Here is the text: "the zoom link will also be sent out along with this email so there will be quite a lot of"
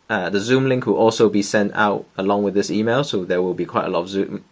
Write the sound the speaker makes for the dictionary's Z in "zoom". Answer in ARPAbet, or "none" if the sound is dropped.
Z